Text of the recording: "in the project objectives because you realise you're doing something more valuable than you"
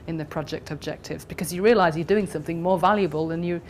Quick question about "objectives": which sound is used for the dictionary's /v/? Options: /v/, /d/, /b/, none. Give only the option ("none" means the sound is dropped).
/v/